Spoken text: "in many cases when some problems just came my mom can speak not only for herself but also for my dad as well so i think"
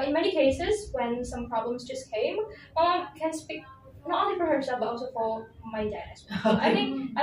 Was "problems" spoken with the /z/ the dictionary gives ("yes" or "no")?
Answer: yes